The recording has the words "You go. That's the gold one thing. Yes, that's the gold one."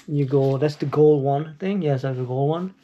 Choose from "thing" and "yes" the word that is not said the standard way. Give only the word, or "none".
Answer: none